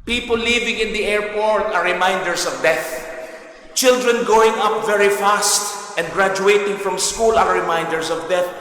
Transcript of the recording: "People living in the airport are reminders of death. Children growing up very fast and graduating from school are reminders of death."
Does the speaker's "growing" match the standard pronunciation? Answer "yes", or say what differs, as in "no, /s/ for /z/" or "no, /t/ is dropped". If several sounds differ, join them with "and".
no, /ɹ/ is dropped